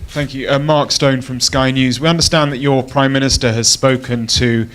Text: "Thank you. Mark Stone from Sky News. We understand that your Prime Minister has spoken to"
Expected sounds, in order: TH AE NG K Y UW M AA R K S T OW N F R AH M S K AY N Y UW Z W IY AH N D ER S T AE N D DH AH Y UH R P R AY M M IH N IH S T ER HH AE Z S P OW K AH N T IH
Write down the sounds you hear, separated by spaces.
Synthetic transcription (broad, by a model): TH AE NG K Y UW M AA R K S T OW N F R AH M S K AY N Y UW Z W IY AH N D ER S T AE N DH AH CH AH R P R AY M M IH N IH S T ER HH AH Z S P OW K AH N T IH